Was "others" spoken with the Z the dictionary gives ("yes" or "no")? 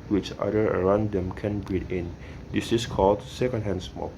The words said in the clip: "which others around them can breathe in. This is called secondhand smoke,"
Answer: no